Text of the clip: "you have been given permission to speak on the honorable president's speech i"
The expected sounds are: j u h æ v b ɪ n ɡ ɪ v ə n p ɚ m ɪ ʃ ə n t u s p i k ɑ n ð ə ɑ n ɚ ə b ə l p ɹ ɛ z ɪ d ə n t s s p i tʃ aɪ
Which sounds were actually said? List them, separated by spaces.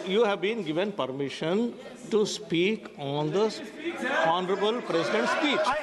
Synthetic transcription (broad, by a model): j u h æ v b ɪ n ɡ ɪ v ə n p ɚ m ɪ ʃ ə n t u s p i k ɑ n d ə ɑ n ɚ ə b ə l p ɹ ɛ s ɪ d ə n t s s p i tʃ